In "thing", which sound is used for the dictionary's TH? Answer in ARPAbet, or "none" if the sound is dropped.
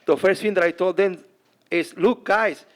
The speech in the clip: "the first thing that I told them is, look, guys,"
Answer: F